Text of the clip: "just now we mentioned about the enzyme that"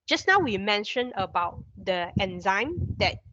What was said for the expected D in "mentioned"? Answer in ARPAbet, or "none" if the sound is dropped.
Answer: none